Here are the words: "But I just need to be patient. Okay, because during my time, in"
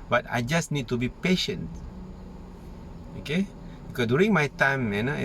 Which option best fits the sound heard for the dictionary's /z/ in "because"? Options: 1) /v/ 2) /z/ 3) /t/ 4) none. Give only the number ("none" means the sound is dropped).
4